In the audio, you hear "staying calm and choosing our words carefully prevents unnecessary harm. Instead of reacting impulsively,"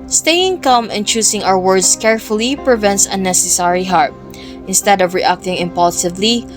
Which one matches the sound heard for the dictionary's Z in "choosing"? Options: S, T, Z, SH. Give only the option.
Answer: S